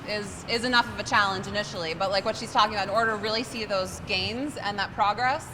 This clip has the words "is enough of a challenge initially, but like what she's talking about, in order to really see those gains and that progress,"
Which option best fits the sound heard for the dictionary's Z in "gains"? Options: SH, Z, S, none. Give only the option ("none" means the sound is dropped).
Z